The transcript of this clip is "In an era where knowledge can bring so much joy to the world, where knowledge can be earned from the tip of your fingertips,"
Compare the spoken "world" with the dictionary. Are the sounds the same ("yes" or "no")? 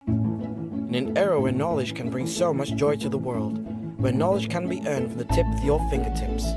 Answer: yes